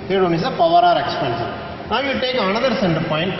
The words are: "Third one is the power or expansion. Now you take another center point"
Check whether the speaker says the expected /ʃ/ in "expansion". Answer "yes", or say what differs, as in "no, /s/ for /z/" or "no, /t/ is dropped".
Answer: no, /s/ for /ʃ/